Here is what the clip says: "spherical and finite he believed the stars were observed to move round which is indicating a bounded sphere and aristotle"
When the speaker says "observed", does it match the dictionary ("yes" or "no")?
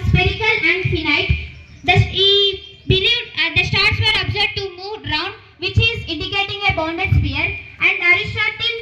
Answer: no